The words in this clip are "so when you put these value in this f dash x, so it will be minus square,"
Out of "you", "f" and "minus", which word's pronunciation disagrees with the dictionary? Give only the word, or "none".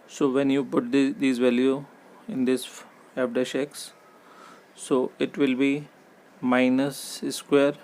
f